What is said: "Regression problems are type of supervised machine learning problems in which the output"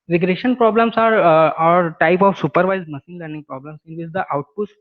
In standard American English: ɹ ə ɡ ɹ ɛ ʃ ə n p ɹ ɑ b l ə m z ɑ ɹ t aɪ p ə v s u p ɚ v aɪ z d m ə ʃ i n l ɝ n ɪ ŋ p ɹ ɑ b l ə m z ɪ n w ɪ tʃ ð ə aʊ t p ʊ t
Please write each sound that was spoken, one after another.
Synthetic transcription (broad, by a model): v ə ɡ ɹ ɛ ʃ ə n p ɹ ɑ b l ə m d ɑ ɹ t aɪ p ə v s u p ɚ v aɪ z m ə s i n l ɝ n ɪ ŋ p ɹ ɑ b l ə m s ɪ n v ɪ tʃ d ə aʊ t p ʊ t